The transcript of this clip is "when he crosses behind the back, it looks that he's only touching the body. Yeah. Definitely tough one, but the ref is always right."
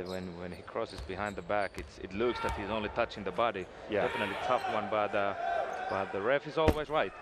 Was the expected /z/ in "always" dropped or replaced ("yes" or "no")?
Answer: no